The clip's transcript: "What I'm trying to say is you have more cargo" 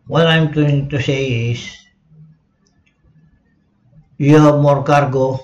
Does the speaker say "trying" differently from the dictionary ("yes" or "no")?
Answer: yes